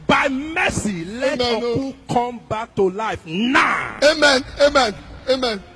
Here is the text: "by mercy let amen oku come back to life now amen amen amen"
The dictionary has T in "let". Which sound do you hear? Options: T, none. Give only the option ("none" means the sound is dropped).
none